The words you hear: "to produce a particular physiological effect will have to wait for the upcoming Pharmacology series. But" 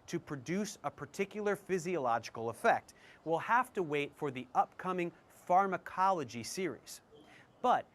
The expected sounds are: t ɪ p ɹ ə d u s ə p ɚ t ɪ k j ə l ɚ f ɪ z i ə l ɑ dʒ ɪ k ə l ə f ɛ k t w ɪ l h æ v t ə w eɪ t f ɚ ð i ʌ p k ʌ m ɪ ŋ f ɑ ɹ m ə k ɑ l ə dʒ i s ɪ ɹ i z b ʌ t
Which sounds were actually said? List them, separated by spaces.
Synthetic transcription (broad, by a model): t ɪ p ɹ ə d u s ə p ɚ t ɪ k j l ɚ f ɪ z i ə l ɑ dʒ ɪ k l ə f ɛ k t w ɪ l h æ f t ə w eɪ t f ɚ ð i ʌ p k ʌ m ɪ ŋ f ɑ ɹ m ə k ɑ l ə dʒ i s ɪ ɹ i z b ʌ t